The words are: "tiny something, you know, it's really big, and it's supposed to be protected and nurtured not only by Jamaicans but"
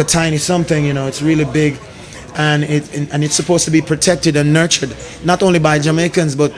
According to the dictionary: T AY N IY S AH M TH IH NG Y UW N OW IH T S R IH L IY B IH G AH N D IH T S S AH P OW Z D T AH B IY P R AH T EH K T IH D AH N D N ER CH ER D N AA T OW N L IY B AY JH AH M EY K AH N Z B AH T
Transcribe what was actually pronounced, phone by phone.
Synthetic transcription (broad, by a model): T AY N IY S AH M TH IH NG Y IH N OW IH T S R IH L IY B IH G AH N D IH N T S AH P OW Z T AH B IY P R AH T EH K T IH D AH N N ER CH ER D N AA T OW N L IY B AY JH AH M EY K AH N Z B AH T